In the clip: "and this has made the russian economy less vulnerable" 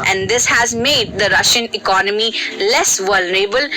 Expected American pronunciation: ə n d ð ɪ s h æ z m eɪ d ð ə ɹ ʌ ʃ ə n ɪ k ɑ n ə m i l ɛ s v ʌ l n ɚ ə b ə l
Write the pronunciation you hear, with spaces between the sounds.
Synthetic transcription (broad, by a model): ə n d ɪ s h æ z m eɪ d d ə ɹ ʌ ʃ ə n ɪ k ɑ n ə m i l ɛ s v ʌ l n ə b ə l